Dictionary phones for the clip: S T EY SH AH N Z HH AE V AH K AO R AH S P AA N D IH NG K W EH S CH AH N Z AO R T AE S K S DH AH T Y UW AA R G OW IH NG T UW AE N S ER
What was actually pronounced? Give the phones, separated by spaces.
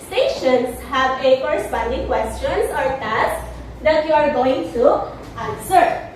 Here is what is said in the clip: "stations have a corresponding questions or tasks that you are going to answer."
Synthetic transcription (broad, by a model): S T EY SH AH N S HH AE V AH K AO R AH S P AA N D IH NG K W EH S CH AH N S AO R T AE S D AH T Y UW AA R G OW IH NG T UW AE N S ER